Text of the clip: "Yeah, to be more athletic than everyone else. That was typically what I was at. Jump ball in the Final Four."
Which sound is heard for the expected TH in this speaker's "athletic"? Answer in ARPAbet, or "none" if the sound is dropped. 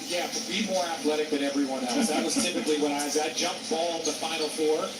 TH